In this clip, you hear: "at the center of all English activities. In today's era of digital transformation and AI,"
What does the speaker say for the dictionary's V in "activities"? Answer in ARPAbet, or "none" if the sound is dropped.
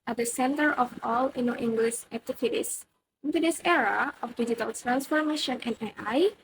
F